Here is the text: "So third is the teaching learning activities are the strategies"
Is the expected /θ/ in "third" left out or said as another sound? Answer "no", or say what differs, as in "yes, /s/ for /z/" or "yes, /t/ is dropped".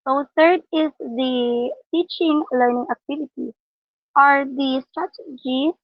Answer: yes, /t/ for /θ/